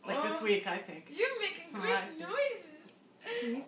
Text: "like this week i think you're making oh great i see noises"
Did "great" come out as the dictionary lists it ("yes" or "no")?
no